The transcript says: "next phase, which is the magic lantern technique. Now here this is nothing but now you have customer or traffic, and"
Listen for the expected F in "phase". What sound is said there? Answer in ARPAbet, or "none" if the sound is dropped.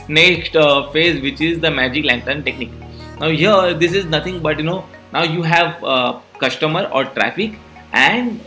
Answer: F